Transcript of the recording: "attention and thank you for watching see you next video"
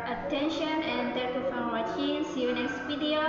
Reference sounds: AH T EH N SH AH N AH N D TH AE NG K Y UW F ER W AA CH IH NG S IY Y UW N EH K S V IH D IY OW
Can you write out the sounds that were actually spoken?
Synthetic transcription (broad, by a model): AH T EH N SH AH N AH N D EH K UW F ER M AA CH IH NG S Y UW N EH K S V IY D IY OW